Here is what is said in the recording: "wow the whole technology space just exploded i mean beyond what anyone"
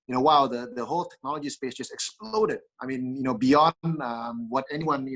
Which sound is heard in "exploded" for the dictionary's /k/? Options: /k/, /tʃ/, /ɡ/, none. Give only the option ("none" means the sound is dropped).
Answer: /k/